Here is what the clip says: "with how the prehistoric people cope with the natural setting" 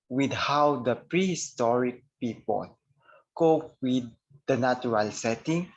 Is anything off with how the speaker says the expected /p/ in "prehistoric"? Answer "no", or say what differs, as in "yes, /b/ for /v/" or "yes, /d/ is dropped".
no